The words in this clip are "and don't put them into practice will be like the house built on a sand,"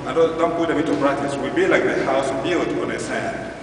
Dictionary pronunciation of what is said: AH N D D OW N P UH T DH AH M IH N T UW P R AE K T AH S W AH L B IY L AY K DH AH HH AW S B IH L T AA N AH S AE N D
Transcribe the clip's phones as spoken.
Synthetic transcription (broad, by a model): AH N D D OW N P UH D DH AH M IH T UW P R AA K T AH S W AH L B IY L AY K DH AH HH AW S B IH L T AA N AH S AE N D